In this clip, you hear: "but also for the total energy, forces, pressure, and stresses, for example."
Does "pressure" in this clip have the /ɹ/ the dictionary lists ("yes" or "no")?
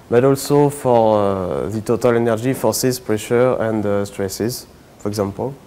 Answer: yes